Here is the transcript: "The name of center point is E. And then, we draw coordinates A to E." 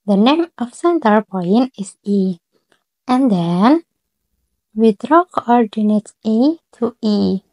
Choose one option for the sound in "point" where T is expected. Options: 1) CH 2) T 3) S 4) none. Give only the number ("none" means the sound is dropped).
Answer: 4